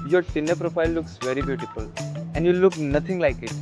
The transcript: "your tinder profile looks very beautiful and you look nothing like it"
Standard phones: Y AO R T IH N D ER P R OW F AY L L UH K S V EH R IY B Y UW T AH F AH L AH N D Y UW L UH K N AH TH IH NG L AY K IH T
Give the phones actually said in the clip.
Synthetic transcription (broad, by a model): Y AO R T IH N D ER P R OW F AY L L UH K S V EH R IY B Y UW T AH F AH L AH N D Y UW L UH K N AH T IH NG L AY K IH T